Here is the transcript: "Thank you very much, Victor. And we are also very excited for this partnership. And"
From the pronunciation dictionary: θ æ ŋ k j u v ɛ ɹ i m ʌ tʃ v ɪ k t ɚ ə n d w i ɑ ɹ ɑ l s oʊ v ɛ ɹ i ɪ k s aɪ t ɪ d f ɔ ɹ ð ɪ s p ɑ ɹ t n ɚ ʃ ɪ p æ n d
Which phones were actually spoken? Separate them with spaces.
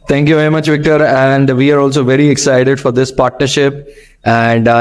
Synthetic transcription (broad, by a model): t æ ŋ k j u v ɛ ɹ i m ʌ tʃ v ɪ k t ɚ ə n d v i ɑ ɹ ɑ l s oʊ v ɛ ɹ i ɪ k s aɪ t ɪ d f ɔ ɹ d ɪ s p ɑ ɹ t n ɚ ʃ ɪ p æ n d